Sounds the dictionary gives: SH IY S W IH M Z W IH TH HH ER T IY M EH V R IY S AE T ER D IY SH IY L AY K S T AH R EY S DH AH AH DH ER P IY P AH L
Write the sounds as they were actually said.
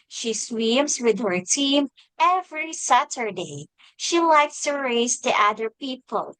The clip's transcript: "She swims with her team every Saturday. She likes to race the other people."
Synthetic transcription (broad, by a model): SH IY S W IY M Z W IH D HH ER T IY M EH V R IY S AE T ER D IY SH IY L AY K S T AH R EY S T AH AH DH ER P IY P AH L